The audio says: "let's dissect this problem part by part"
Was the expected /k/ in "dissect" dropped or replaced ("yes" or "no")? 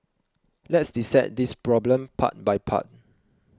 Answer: yes